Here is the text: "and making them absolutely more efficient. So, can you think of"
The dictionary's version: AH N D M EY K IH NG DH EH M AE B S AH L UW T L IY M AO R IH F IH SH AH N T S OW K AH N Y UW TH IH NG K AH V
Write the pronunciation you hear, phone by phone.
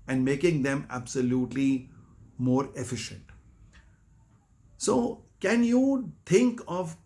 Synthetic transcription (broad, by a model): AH N D M EY K IH NG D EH M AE B S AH L UW T L IY M AO R IH F IH SH AH N T S OW K AH N Y UW T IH NG K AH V